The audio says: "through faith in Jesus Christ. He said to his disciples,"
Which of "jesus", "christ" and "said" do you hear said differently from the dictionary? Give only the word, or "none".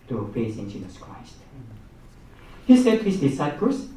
none